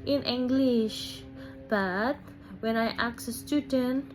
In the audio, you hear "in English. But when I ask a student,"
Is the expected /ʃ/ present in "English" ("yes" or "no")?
yes